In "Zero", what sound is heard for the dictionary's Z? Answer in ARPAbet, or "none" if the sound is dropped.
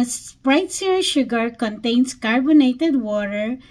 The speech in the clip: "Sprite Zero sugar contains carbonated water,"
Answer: S